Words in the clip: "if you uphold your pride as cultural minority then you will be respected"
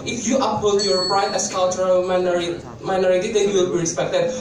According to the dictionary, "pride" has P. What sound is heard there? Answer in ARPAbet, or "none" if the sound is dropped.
B